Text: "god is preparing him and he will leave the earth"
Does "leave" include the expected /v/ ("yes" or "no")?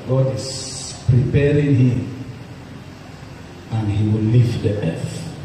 no